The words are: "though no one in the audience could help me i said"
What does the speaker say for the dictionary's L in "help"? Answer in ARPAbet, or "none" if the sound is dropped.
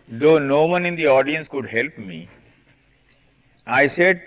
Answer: L